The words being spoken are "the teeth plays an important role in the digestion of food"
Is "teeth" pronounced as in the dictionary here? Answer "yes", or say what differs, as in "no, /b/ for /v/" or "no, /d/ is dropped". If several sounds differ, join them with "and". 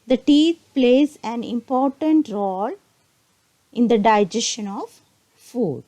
no, /t/ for /θ/